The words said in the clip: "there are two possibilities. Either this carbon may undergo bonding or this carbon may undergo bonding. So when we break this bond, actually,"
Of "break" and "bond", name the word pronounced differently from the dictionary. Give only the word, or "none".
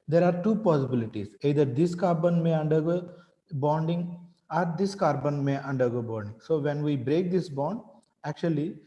none